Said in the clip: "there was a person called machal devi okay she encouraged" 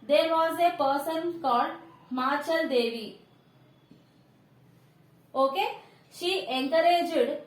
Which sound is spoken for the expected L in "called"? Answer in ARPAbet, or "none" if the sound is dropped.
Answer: none